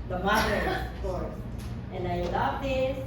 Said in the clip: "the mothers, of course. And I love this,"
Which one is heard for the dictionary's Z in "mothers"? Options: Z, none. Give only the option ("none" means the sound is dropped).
none